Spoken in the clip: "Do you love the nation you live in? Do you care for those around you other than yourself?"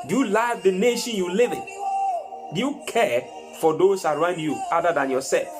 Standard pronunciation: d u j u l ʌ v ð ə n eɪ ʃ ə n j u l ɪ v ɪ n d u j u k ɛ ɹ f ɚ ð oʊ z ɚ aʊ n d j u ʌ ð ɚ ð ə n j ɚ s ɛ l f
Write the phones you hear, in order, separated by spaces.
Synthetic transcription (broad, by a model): d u j u l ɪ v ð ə n eɪ ʃ ə n j u l ɪ v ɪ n d u j u k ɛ f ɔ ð oʊ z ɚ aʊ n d j u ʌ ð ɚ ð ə n j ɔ s ɛ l f